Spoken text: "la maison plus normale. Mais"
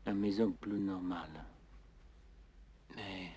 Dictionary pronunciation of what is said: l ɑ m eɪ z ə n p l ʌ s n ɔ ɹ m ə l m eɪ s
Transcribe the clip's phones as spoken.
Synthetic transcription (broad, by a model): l ɑ m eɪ z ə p l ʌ n ɔ ɹ m ə l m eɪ